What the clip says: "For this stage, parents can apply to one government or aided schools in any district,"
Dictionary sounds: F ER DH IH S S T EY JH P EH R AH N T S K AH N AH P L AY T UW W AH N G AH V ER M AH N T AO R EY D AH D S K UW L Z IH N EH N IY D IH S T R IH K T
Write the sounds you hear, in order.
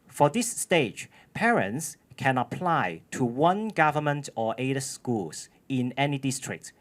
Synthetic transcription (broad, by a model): F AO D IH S S T EY JH P EH R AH N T S K AH N AH P L AY T UW W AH N G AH V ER M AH N T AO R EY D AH S K UW L S IH N EH N IY D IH S T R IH K T